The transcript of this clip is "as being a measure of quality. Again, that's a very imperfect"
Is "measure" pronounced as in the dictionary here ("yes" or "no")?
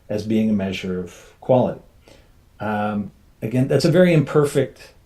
yes